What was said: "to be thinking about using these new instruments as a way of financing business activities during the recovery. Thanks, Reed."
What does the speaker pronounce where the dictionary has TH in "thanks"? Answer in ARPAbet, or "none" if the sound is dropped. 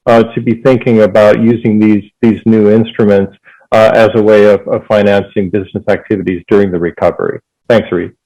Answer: TH